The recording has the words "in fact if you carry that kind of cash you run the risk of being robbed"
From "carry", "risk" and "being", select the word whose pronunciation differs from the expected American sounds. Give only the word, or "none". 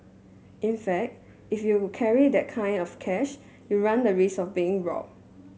risk